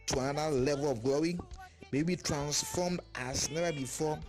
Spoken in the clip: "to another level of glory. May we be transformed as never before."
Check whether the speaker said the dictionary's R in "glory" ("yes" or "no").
no